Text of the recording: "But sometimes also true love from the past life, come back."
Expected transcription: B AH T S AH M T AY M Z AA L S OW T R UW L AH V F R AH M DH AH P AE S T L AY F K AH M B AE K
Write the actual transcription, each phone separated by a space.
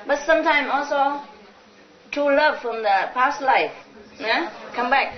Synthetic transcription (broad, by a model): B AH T S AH M T AY M AA L S OW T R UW L AH V F R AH M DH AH P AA S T L AY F K AH M B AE K